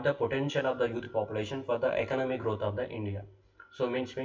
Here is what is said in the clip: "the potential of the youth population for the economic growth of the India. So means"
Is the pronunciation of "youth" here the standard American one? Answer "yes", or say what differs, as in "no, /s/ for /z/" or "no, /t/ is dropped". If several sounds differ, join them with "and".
no, /t/ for /θ/